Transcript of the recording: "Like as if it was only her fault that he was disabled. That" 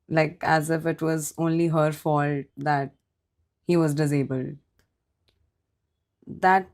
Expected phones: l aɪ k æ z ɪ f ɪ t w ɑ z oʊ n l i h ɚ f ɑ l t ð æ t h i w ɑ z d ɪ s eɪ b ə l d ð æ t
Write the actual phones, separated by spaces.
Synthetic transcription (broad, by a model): l aɪ k æ z ɪ f ɪ t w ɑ z oʊ n l i h ɚ f ɑ l t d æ t h i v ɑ z d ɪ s eɪ b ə l d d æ t